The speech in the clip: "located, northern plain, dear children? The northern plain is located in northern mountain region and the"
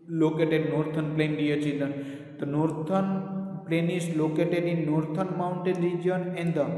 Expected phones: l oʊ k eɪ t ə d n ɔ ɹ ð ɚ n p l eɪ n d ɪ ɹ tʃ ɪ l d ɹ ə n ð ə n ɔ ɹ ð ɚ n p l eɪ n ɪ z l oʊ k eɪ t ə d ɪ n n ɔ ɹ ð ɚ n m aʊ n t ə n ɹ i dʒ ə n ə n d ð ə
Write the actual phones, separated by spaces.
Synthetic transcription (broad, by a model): l oʊ k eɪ t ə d n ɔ ɹ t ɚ n p l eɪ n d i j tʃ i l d ə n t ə n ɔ ɹ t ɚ n p l eɪ n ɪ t l oʊ k eɪ t ə d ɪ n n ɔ ɹ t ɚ n m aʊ n t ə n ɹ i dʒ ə n ə n d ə